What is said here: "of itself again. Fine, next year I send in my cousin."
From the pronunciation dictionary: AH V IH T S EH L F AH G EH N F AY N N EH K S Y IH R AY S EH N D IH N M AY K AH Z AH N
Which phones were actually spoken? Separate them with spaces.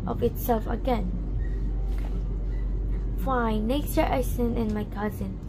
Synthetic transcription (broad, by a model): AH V IH T S EH L F AH G EH N F AY N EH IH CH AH R AY S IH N IH N M AY K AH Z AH N